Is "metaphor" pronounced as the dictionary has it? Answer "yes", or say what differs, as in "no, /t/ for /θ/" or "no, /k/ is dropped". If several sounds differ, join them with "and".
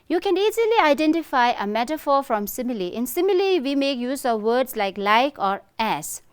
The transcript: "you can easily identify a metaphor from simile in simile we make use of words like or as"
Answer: yes